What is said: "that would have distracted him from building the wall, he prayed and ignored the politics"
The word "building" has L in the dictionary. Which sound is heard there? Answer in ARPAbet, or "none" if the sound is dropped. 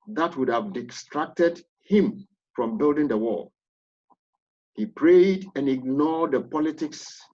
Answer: L